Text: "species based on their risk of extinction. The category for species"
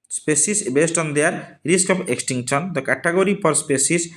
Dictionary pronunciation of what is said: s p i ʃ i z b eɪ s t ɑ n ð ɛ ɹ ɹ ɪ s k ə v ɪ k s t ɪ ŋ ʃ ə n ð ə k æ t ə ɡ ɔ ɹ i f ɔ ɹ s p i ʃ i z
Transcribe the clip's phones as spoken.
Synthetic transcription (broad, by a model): s p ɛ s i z b eɪ s t ɑ n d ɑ ɹ ɹ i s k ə p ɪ k s t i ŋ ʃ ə n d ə k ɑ t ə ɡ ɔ ɹ i p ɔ ɹ s p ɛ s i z